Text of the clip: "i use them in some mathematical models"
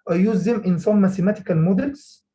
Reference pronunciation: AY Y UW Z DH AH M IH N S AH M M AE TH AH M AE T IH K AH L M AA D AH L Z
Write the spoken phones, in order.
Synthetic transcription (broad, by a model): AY Y UW Z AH M IH N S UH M M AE S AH M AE T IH K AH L M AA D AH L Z